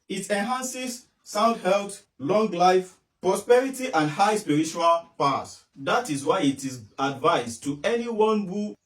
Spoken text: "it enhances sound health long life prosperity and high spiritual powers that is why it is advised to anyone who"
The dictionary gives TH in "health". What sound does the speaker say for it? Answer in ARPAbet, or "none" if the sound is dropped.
T